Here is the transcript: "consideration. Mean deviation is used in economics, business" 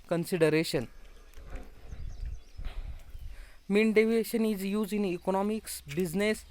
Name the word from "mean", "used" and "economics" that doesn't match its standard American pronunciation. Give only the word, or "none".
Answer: used